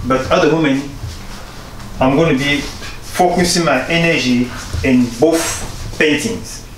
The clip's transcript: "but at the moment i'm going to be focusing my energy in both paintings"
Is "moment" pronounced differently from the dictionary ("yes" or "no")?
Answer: yes